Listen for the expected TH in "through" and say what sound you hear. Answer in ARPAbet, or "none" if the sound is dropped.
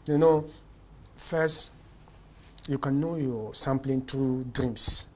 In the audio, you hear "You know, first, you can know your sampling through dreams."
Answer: T